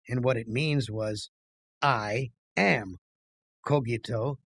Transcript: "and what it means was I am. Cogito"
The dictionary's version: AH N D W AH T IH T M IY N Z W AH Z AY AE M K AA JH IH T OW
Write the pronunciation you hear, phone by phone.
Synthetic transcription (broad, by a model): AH N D W AH T IH T M IY N Z W AH Z AY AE M K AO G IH T OW